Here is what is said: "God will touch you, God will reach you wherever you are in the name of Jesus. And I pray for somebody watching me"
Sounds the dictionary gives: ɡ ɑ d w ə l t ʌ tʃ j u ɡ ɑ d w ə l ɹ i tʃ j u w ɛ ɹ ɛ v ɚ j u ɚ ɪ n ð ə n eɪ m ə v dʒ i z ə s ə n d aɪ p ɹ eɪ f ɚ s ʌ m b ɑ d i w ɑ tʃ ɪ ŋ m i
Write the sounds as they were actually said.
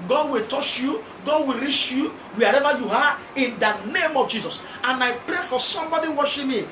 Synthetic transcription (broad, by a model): ɡ ɑ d w ə l t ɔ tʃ j u ɡ ɑ d w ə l ɹ i tʃ j u w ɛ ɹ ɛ v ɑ j u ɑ ɪ n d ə n eɪ m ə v dʒ i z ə s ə n aɪ p ɹ eɪ f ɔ s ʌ m b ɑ d i w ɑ ʃ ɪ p m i